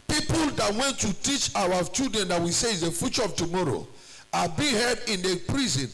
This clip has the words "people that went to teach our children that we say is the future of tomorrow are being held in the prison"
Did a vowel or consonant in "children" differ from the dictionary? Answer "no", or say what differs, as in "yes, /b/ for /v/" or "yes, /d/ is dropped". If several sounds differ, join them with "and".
yes, /l/ is dropped